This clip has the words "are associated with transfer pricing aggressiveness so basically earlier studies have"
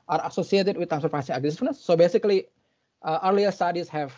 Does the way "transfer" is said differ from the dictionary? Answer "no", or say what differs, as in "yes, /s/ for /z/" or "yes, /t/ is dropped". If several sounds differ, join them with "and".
yes, /ɹ/ is dropped